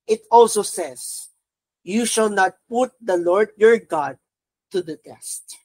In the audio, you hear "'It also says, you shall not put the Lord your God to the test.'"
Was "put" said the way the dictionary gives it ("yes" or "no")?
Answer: yes